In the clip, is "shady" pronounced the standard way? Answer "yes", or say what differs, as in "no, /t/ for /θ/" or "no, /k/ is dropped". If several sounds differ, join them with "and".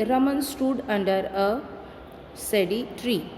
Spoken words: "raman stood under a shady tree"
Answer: no, /s/ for /ʃ/